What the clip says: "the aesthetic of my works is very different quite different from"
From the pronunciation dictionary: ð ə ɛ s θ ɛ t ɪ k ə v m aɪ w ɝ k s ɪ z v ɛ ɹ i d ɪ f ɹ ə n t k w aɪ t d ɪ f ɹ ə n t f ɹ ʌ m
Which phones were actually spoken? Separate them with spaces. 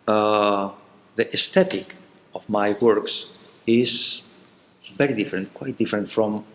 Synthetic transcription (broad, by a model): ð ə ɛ s t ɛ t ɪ k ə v m aɪ w ɝ k s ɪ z v ɛ ɹ i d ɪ f ɹ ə n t k w aɪ t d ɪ f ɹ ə n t f ɹ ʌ m